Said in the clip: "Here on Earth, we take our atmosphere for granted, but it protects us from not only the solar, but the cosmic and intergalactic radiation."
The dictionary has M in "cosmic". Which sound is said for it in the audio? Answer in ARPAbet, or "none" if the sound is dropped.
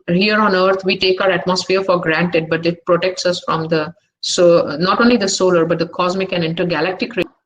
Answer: M